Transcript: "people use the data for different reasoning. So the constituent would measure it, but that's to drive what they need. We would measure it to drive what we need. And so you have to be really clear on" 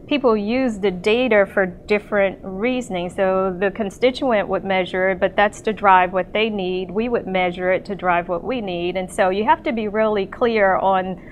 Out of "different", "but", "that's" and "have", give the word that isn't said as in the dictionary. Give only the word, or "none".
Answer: have